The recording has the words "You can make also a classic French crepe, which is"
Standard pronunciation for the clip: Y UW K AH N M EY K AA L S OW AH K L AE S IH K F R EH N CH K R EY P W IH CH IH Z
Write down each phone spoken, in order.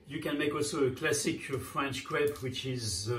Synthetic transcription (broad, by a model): Y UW K AH N M EY K AA L S OW AH K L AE S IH K F R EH N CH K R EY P W IH CH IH Z